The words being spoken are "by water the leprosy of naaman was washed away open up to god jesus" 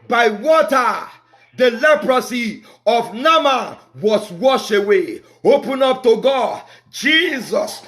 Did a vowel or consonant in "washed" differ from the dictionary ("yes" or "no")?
yes